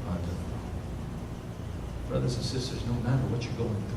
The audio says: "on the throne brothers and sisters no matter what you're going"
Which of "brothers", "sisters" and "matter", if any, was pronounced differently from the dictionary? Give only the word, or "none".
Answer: none